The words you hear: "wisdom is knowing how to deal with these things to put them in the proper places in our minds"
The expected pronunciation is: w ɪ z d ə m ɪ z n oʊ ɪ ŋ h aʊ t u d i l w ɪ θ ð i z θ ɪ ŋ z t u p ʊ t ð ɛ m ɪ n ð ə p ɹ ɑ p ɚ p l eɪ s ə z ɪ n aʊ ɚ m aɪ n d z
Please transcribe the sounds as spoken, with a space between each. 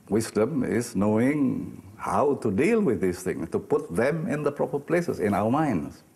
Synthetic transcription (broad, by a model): w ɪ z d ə m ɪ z n oʊ ɪ ŋ h aʊ t u d i l w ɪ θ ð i s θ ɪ ŋ s t u p ʊ t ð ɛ m ɪ n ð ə p ɹ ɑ p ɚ p l eɪ s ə s ɪ n aʊ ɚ m aɪ n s